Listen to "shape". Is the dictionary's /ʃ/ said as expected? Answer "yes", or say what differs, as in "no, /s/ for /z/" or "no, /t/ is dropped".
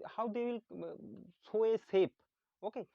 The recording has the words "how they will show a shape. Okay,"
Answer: no, /s/ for /ʃ/